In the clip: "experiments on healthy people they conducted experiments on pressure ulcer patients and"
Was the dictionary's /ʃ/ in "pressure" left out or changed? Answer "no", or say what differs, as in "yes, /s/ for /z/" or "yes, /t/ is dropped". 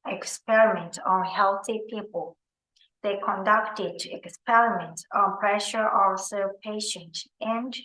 no